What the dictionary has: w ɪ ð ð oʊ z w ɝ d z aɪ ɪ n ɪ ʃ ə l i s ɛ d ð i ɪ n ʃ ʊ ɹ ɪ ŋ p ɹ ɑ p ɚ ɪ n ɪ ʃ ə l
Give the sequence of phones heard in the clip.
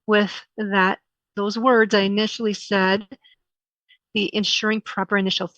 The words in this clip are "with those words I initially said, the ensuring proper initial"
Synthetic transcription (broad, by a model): w ɪ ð ð oʊ z w ɝ d z aɪ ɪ n ɪ ʃ l i s ɛ d ð i ɪ n ʃ ʊ ɹ ɪ ŋ p ɹ ɑ p ɚ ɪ n ɪ ʃ l